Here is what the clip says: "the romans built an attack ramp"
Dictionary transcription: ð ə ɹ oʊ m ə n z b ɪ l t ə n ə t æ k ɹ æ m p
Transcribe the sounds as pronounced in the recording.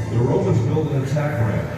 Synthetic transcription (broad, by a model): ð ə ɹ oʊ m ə z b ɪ l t ə n ə t æ k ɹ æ